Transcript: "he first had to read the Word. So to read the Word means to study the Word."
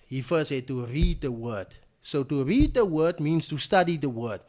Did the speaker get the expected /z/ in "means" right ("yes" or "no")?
no